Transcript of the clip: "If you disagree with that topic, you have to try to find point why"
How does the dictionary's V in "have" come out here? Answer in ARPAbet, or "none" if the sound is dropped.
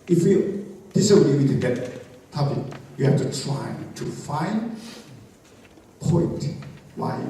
F